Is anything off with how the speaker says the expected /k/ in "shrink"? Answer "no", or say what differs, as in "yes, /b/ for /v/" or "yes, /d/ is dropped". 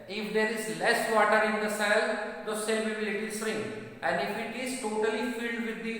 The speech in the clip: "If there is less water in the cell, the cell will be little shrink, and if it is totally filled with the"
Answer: yes, /k/ is dropped